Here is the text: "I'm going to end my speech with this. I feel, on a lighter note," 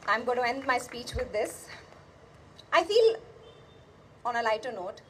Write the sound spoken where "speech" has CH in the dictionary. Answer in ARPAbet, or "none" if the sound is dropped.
CH